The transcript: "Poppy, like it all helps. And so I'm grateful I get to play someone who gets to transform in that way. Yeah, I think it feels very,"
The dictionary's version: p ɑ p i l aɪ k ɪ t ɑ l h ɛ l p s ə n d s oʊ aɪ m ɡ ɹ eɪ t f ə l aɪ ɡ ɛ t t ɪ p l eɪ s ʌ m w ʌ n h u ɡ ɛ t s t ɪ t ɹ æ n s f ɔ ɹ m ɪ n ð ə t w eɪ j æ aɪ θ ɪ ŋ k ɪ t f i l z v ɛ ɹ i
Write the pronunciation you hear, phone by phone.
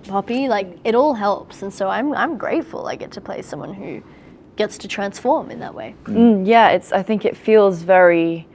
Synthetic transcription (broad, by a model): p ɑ p i l aɪ k ɪ t ɑ l h ɛ l p s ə n s oʊ aɪ m ɡ ɹ eɪ t f ə l aɪ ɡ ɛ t t ɪ p l eɪ s ʌ m w ʌ n h u ɡ ɛ t s t ɪ t ɹ æ n s f ɔ ɹ m ɪ n ð ə t w eɪ j æ aɪ θ ɪ ŋ k ɪ t f i l z v ɛ ɹ i